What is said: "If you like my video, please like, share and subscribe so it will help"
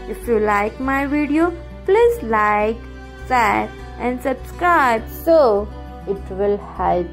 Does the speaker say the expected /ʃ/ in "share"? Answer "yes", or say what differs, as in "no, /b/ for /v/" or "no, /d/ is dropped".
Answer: no, /s/ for /ʃ/